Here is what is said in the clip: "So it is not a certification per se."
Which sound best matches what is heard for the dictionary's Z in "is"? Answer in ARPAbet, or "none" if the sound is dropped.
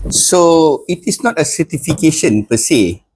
S